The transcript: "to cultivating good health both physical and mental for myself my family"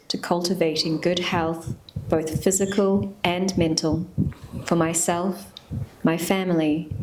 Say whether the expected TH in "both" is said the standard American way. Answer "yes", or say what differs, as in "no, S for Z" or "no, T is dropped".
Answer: yes